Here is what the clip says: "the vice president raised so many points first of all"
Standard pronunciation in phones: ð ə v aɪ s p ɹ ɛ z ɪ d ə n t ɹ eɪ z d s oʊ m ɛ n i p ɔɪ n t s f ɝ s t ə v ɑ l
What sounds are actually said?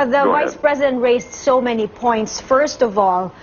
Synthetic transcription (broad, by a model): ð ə v aɪ s p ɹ ɛ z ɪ d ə n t ɹ eɪ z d s oʊ m ɛ n i p ɔɪ n t s f ɝ s t ə v ɑ l